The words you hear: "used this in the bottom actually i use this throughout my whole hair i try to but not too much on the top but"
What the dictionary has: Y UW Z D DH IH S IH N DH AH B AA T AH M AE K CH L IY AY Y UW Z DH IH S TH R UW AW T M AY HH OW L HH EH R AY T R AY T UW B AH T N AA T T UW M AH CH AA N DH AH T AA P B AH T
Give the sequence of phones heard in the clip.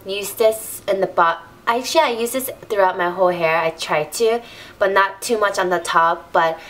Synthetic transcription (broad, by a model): Y UW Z DH IH S IH N DH AH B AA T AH IH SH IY AY Y UW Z DH IH S TH R UW AW T M AY HH OW L HH EH R AY T R AY T UW B AH T N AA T T UW M AH CH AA N DH AH T AA P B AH T